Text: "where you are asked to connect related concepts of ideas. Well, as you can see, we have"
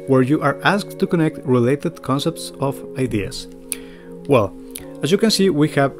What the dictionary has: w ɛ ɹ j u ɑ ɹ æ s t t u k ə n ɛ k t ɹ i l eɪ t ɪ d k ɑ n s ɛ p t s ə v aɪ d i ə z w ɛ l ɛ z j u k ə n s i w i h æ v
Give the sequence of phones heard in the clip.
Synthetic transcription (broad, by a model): w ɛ ɹ j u ɑ ɹ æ s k t u k ə n ɛ k t ɹ i l eɪ t ɪ d k ɑ n s ɛ p t s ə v aɪ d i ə s w ɛ l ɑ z j u k ə n s i w i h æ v